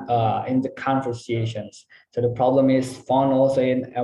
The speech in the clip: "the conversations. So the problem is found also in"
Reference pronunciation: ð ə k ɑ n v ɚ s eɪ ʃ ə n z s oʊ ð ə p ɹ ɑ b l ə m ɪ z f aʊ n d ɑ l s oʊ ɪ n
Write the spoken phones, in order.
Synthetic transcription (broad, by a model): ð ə k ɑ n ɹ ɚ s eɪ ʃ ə n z s oʊ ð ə p ɹ ɑ b l ə m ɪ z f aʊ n ɑ l s oʊ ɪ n